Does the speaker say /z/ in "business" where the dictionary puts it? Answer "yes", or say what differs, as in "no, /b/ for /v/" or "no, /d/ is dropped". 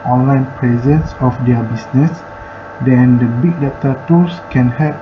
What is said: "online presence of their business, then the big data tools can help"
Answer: no, /s/ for /z/